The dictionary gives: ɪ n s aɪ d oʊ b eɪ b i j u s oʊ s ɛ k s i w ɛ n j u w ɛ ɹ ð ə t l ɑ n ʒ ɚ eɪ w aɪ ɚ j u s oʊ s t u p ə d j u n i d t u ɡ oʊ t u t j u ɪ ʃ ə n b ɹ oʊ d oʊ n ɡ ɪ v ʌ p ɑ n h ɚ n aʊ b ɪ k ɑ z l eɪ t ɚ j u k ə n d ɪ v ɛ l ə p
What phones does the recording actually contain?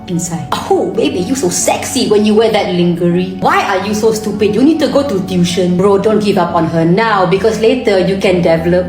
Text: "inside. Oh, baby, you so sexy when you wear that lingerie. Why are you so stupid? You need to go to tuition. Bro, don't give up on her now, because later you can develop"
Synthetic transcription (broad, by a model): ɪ n s aɪ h oʊ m eɪ b i j u s oʊ s ɛ k s i w ɛ n j u w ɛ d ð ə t l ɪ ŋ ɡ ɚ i w aɪ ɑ j u s oʊ s t u p ə d j u n i d t u ɡ oʊ t u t j u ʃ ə n ɹ oʊ d oʊ n ɡ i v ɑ p ɑ n h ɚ n aʊ b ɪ k ɑ s l eɪ t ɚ j u k ə n d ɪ v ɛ l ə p